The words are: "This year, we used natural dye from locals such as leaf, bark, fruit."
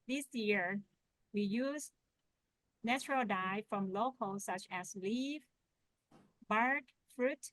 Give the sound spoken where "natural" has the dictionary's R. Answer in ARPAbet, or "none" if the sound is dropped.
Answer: R